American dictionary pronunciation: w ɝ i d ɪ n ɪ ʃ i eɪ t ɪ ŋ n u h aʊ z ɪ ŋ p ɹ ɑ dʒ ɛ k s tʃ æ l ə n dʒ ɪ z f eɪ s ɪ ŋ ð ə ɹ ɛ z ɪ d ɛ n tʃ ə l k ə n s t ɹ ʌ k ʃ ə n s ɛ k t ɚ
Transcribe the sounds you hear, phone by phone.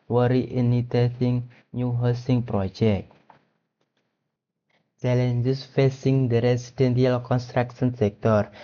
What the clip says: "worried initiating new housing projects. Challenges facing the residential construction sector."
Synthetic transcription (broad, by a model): w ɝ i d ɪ n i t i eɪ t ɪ ŋ n u h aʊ s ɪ ŋ p ɹ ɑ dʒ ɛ k tʃ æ l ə n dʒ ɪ s f eɪ s ɪ ŋ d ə ɹ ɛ s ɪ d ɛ n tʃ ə l k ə n s t ɹ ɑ k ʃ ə n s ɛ k t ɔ